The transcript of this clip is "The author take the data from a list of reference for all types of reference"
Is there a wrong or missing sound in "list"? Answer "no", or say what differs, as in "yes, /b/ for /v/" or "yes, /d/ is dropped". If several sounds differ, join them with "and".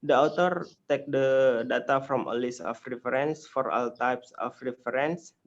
yes, /t/ is dropped